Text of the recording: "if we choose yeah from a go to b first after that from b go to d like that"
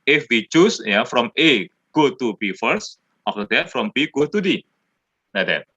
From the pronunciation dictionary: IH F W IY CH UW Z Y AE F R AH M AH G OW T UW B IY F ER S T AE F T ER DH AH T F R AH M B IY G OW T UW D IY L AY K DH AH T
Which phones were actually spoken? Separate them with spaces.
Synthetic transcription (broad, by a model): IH F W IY CH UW S Y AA F R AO M AH G OW T UW B IY F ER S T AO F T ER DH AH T F R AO M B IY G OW T UW D IY N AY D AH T